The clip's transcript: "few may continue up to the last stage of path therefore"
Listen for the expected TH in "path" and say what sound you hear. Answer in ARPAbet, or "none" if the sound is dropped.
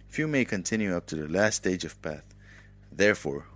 TH